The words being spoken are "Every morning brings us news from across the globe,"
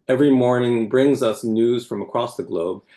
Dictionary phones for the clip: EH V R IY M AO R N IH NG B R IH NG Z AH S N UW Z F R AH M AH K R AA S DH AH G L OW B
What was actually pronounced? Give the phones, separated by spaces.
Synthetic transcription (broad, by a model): EH V R IY M AO R N IH NG B R IH NG Z AH S N UW Z F R AH M AH K R AA S DH AH G L OW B